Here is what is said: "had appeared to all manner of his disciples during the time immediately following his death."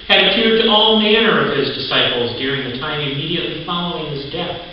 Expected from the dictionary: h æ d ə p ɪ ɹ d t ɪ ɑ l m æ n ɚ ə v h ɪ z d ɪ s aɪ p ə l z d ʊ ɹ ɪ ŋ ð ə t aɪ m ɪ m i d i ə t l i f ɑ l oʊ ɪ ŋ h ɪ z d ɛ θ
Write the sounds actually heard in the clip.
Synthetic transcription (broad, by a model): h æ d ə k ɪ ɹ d t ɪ ɑ l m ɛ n ɚ ə v ɪ z d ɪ s aɪ p l z d ʊ ɹ ɪ ŋ ð ə t aɪ m ɪ m i d i ə t l i f ɑ l oʊ ɪ ŋ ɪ z d ɛ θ